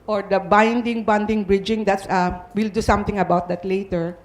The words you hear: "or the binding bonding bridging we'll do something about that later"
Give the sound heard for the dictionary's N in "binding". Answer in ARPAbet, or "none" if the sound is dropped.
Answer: N